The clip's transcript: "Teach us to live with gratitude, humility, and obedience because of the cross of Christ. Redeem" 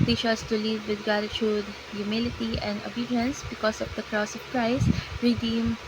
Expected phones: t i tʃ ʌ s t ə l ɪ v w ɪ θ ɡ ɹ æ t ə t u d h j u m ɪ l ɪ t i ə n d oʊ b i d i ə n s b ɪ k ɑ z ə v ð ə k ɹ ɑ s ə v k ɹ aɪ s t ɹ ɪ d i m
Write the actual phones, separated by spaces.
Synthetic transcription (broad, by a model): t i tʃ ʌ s t ə l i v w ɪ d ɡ ɑ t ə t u d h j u m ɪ l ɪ t i ə n d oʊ b i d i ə n s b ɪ k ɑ s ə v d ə k ɹ ɑ s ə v k ɹ aɪ s t ɹ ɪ d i m